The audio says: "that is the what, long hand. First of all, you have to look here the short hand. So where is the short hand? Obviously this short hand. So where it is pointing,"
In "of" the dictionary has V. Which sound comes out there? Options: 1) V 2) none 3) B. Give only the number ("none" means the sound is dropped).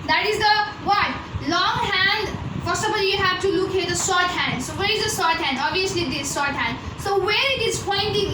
3